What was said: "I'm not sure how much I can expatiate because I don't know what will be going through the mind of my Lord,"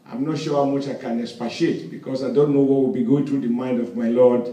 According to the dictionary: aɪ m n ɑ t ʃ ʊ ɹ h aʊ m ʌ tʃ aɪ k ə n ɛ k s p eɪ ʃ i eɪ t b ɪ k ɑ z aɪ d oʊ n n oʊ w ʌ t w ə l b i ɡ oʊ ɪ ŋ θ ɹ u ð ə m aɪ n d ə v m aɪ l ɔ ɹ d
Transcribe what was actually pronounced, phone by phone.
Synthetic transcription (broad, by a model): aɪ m n ɑ t ʃ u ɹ h aʊ m ʌ tʃ aɪ k ə n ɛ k s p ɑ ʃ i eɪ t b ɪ k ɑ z aɪ d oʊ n n oʊ w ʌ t w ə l b i ɡ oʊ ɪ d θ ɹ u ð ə m aɪ n d ə v m aɪ l ɔ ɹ d